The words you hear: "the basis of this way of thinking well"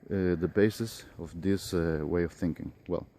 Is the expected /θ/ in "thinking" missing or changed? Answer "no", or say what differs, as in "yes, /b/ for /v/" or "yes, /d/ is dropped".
no